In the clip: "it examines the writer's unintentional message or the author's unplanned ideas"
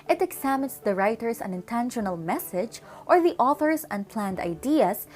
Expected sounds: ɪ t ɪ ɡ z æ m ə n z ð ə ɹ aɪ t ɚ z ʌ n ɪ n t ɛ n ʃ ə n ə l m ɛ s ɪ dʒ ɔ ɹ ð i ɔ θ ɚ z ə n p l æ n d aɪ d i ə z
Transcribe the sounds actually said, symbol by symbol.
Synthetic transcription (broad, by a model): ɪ t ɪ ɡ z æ m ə n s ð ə ɹ aɪ t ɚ s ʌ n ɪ n t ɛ n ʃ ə n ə l m ɛ s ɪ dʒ ɔ ɹ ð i ɔ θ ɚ s ə n p l æ n d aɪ d i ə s